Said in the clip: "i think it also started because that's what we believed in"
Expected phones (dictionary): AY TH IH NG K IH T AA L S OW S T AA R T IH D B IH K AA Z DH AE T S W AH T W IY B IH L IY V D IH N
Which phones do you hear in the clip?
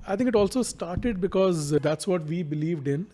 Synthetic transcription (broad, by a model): AY T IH NG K IH T AA L S OW S T AA R T IH D B IH K AA Z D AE T S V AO T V IY B IH L IY V D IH N